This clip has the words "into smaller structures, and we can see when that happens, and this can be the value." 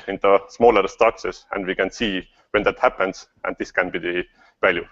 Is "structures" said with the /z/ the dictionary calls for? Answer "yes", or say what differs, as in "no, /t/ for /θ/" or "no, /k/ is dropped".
no, /s/ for /z/